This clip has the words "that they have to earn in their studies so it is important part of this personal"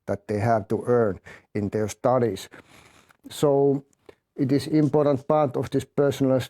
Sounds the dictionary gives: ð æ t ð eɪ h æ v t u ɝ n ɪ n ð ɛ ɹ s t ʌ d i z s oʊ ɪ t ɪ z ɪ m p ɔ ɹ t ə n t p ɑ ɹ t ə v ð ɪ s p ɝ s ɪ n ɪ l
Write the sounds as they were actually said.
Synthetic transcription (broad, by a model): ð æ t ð eɪ h æ v t u ɝ n ɪ n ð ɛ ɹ s t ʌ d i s s oʊ ɪ t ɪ s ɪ m p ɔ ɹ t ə n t p ɑ ɹ t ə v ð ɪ s p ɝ s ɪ n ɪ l